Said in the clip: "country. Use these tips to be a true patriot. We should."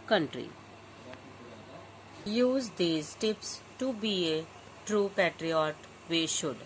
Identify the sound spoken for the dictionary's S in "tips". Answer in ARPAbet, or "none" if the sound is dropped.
S